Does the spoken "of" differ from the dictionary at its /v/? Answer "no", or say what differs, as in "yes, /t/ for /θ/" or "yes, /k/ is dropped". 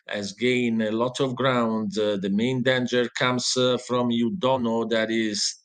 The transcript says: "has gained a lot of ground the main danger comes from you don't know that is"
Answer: no